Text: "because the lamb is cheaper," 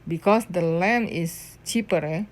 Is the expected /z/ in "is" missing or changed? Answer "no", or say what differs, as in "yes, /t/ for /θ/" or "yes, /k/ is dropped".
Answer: yes, /s/ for /z/